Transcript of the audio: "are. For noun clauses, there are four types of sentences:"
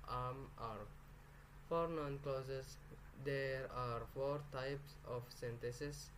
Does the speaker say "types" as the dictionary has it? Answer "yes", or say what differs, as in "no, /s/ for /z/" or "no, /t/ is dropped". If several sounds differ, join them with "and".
yes